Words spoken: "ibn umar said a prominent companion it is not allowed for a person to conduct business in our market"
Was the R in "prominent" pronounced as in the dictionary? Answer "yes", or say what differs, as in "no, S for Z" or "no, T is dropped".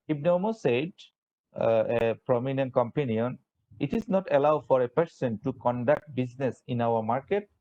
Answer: yes